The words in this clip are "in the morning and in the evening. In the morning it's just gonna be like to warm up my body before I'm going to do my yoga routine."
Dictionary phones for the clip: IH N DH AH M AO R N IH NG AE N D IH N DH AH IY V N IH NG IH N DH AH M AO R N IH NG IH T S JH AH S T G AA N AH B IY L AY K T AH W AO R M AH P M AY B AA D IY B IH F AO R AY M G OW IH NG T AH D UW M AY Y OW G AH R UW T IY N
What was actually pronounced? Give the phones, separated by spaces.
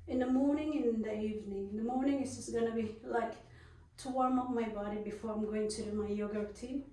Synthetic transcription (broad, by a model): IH N DH AH M AO R N IH NG IH N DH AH IY V N IH NG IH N DH AH M AO R N IH NG IH T S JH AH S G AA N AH B IY L AY K T AH W AO R M AH P M AY B AA D IY B IH F AO R AY M G OW IH NG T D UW M AY Y OW G AH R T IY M